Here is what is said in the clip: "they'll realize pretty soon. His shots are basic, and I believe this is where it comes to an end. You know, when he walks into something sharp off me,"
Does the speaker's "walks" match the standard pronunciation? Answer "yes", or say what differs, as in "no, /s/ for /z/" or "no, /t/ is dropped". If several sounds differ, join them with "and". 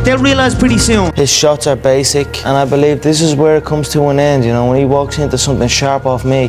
yes